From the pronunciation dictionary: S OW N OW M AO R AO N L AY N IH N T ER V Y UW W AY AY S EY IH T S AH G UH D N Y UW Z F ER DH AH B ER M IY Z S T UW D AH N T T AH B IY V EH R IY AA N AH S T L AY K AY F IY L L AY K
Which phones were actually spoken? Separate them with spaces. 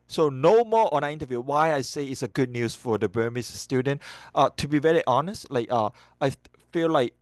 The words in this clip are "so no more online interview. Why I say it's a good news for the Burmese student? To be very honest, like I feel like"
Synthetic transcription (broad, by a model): S OW N OW M AO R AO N AY IH N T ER V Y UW W AY AY S EY IH T S AH G UH D N Y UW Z F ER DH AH B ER M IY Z S T UW D AH N T T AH B IY V EH R IY AA N AH S T L AY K AY F IY L L AY K